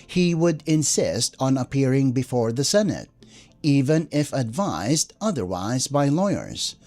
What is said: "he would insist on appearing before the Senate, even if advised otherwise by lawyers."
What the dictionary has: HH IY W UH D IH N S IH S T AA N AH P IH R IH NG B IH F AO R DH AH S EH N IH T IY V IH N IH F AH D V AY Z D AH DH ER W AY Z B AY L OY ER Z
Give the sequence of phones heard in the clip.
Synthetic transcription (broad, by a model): HH IY W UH D IH N S IH S T N AH P IH R IH NG B IH F AO R DH AH S EH N IH T IY V IH N IH F AH D V AY Z D AH DH ER W AY Z B AY L OY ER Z